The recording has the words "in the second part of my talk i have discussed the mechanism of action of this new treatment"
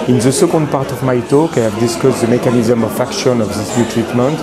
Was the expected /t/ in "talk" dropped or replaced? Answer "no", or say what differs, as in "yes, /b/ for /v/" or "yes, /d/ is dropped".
no